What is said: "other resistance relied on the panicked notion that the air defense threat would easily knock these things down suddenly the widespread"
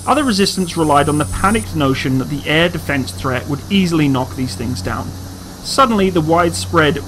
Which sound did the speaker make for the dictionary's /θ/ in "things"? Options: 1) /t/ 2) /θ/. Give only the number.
2